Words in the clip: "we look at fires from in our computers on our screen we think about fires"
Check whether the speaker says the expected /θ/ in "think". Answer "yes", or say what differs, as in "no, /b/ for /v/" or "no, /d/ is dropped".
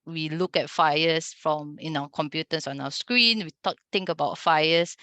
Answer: no, /t/ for /θ/